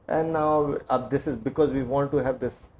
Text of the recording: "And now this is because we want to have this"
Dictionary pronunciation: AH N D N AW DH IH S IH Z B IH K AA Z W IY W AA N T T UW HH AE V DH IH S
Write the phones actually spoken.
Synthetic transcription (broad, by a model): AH N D N AW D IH S IH Z B IH K AA Z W IY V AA N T T UW HH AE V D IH S